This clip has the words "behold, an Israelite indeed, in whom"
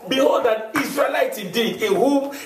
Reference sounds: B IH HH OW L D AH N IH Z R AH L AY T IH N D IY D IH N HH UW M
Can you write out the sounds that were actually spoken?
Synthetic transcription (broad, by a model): B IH HH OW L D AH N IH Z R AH L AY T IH D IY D IH N HH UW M